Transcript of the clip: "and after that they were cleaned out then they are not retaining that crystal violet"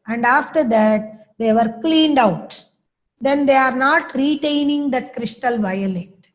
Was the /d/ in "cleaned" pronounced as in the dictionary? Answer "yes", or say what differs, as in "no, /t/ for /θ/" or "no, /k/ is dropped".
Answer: yes